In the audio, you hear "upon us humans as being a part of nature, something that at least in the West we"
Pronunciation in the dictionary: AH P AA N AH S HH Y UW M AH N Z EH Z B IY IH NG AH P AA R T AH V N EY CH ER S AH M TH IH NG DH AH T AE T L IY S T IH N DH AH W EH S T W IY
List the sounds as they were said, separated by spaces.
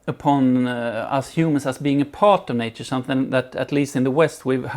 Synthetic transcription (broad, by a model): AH P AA N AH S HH Y UW M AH N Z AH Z B IY IH NG AH P AA R T AH V N EY CH ER S AH M TH IH NG DH AH T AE T L IY S T IH N DH AH W EH S T W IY